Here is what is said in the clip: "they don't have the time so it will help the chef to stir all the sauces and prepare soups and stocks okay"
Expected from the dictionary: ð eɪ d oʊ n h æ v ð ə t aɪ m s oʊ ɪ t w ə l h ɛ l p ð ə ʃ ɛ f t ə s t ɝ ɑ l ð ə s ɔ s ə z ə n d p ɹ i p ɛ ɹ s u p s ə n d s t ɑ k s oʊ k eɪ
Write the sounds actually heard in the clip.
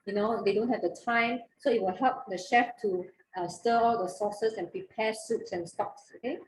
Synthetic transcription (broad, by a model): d eɪ d oʊ n h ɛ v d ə t aɪ m s oʊ ɪ t w ə l h ɛ l p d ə ʃ ɛ f t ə s t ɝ ɑ l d ə s ɔ s ə s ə n p ɹ i p ɛ s u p s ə n s t ɑ k s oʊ k eɪ